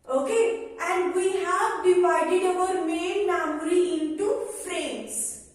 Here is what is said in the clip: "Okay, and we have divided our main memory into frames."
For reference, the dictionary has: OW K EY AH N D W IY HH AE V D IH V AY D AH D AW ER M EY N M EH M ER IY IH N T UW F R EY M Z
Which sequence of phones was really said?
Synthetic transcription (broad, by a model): OW K EY AH N D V IY HH AE V D IH V AY D AH D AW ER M EY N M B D IY IH N T UW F R EY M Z